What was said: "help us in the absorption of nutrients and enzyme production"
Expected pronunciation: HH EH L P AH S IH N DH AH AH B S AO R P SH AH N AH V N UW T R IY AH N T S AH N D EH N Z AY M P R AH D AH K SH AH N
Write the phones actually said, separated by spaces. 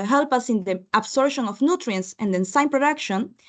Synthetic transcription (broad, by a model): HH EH L P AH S IH N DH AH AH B S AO R SH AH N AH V N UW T R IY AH N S AH N D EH N S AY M P R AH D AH K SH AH N